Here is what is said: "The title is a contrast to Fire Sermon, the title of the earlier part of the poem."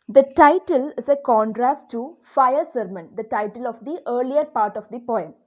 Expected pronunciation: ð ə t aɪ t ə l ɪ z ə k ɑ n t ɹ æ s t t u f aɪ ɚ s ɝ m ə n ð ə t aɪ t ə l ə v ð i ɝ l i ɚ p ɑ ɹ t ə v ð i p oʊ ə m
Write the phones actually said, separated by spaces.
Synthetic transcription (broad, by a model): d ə t aɪ t ə l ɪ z ə k ɑ n t ɹ æ s t t u f aɪ ɚ s ɝ m ə n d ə t aɪ t ə l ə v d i ɝ l i ɚ p ɑ ɹ t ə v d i p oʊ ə m